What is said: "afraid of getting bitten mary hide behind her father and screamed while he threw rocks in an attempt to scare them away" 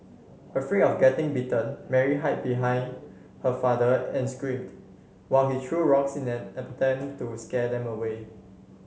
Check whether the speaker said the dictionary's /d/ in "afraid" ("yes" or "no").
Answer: no